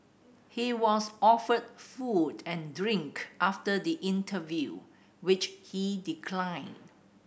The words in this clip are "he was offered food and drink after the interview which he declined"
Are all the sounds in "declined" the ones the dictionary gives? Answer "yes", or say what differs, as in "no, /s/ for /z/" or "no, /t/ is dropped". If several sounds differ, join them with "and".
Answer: yes